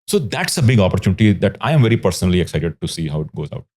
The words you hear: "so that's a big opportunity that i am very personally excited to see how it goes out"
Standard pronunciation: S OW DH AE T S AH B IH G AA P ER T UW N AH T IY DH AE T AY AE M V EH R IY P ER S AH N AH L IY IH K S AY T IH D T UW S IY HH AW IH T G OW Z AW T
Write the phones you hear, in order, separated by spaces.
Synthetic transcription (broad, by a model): S OW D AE T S AH B IH G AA P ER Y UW N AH T IY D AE T AY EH M V EH R IY P ER S AH N AH L IY IH K S AY T IH D T UW S IY HH AW IH T G OW Z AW T